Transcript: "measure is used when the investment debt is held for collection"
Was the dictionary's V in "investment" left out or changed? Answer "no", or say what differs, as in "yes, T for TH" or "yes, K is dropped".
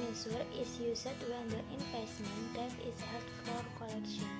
yes, F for V